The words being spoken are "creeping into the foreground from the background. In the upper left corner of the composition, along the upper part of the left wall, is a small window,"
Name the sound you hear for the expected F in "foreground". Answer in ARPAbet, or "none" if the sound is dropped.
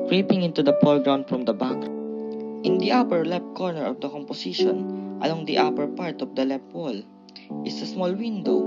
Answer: P